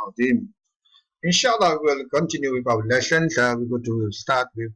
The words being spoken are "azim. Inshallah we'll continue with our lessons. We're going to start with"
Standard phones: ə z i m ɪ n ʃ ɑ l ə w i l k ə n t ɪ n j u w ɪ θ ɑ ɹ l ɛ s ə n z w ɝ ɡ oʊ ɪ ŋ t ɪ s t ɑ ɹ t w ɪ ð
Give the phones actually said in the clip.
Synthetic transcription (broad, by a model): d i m ɪ n ʃ ɑ l ə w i l k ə n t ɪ n j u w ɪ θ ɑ w l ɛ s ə n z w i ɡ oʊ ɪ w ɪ s t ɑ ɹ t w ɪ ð